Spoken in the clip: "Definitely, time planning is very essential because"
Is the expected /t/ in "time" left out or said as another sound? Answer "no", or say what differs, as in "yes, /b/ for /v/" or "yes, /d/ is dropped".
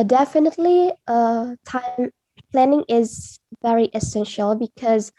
no